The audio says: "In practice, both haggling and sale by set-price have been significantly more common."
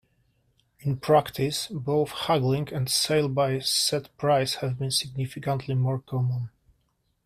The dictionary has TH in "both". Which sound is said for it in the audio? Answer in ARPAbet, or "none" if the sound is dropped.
TH